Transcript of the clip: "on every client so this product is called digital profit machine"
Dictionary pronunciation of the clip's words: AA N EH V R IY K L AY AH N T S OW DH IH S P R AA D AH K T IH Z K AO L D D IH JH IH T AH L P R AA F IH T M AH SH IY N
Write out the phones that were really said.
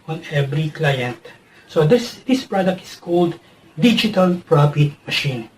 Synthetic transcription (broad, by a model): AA N EH V R IY K L AY AH N T S OW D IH S P R AA D AH K T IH S K AO L D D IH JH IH T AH L P R AA F IH T M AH SH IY N